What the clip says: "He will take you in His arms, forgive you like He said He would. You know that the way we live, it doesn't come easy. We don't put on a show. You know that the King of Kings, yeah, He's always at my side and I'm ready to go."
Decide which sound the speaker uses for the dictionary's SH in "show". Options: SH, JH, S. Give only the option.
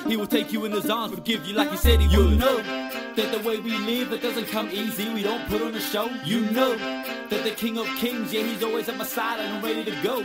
SH